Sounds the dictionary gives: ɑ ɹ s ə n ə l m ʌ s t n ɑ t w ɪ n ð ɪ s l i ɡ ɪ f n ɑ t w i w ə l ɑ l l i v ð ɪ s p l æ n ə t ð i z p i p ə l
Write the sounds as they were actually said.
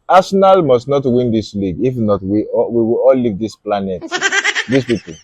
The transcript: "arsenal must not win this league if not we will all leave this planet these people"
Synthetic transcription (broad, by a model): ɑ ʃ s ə n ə l m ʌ s t n ɑ t w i n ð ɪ s l i ɡ ɪ f n ɑ t w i w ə w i l l i v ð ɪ s p l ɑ n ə t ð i s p i p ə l